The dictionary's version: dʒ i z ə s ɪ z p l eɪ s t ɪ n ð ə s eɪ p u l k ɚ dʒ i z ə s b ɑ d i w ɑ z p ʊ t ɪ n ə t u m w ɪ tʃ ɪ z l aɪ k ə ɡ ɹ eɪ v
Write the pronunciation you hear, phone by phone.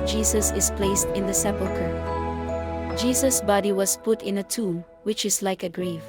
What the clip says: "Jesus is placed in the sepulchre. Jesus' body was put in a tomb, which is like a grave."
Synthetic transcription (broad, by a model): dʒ i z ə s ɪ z p l eɪ s t ɪ n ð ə s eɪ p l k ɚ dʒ i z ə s b ɑ d i w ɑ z p ʊ t ɪ n ə t u m w ɪ tʃ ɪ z l aɪ k ə ɡ ɹ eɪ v